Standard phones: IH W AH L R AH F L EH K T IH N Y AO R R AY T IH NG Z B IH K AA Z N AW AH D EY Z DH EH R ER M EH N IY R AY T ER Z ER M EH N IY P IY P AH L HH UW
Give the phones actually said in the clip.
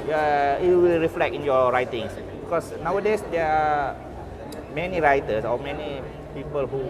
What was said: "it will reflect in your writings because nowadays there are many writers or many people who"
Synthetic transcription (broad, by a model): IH W AH L R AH F L EH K IH N Y AO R R AY T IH NG S B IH K AA S N AW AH D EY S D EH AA M EH N IY R AY T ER S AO M EH N IY P IY P AH L HH UW